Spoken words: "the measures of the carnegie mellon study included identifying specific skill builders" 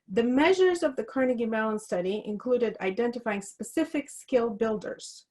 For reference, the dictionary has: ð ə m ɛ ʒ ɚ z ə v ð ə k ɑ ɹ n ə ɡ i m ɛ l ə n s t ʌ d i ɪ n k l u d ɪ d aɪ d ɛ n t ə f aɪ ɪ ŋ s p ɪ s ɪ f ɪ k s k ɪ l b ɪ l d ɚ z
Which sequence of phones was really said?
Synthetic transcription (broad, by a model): ð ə m ɛ ʒ ɚ z ə v ð ə k ɑ ɹ n ə ɡ i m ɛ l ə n s t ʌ d i ɪ n k l u d ɪ d aɪ d ɛ n t ə f aɪ ɪ ŋ s p ɪ s ɪ f ɪ k s k ɪ l b ɪ l d ɚ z